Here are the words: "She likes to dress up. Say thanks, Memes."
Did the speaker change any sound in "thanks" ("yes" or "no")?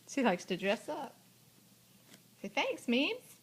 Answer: no